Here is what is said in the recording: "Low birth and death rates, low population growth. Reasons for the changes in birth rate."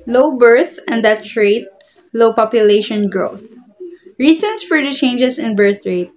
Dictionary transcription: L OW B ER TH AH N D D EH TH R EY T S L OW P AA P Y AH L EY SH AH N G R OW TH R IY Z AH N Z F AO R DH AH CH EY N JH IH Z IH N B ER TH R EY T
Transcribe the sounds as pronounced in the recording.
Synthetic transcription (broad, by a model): L OW B ER TH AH N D D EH T R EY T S L OW P AA P Y AH L EY SH AH N G R OW TH R IY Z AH N S F AO R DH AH CH EY N JH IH S IH N B ER TH R EY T